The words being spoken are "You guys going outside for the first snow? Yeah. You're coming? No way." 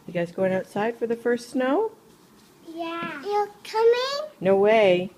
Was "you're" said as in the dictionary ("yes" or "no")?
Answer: no